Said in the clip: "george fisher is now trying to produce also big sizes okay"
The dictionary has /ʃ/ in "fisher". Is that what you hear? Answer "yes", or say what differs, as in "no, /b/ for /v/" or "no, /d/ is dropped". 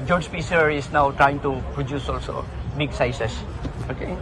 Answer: no, /s/ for /ʃ/